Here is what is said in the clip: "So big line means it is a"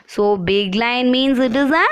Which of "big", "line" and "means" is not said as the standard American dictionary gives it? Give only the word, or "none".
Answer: none